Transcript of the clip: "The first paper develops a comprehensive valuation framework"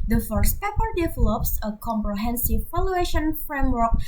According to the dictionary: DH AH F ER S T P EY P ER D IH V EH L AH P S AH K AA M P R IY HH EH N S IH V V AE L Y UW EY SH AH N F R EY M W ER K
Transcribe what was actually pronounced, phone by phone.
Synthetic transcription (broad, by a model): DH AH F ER S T P EY P ER D IH V EH L AH P S AH K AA M P R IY HH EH N S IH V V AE L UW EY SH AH N F R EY M W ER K